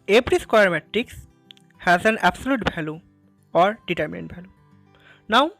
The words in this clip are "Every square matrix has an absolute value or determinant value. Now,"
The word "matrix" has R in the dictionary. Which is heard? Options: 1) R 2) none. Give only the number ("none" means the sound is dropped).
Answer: 2